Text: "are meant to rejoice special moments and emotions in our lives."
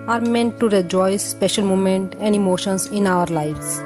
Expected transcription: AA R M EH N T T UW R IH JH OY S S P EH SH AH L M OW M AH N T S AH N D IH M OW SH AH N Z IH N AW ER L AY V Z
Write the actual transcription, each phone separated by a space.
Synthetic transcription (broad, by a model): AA R M EH N T T UW R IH JH OY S S P EH SH AH L M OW M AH N T AH N D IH M OW SH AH N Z IH N AW ER L AY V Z